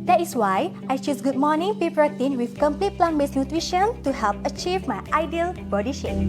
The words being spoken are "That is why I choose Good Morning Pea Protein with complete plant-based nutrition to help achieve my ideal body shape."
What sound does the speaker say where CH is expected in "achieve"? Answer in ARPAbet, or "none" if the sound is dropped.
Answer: CH